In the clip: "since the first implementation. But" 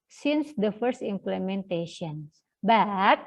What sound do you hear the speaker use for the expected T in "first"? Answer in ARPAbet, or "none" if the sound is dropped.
T